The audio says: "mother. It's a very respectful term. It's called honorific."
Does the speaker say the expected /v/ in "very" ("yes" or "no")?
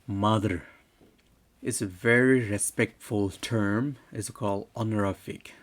yes